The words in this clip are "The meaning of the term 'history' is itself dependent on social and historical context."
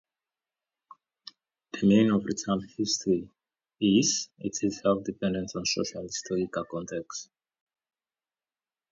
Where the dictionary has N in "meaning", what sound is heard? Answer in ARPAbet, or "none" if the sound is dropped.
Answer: none